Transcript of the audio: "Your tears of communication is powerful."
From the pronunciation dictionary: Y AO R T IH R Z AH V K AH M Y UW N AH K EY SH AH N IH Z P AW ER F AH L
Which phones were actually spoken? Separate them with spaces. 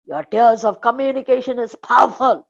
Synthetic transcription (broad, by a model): Y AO R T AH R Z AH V K AH M Y UW N AH K EY SH AH N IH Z P AW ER F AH L